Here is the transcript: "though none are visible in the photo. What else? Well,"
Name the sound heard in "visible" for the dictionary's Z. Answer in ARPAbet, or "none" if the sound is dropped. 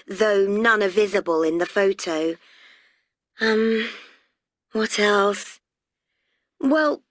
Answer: Z